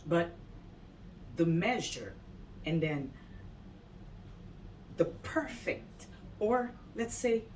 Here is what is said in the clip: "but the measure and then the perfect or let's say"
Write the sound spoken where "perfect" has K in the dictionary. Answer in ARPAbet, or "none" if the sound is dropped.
K